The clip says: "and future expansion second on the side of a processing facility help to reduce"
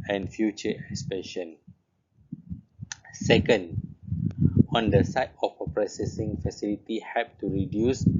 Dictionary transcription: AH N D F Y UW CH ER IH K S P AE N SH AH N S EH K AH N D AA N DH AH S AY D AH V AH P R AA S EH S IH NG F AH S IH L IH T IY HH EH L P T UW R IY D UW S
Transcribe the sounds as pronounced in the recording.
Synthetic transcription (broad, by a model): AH N F Y UW CH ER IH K S P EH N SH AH N S EH K AH N D AA N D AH S AY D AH F AH P R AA S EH S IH NG F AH S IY L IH T IY HH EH P T UW R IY D UW S